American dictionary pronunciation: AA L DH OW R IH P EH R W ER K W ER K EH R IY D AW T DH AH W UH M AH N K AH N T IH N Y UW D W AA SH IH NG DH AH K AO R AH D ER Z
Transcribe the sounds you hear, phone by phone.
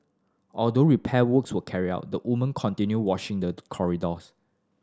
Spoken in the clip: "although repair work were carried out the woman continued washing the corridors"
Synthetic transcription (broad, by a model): AA L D OW R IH P EH W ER K W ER K EH R IY AW T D AH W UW M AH N K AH N T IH N Y UW W AA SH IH NG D AH K AO R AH D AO S